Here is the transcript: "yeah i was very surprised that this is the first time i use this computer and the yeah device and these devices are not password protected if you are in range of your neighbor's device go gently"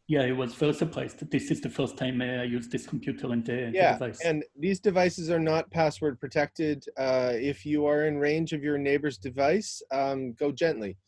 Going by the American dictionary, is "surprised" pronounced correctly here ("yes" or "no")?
no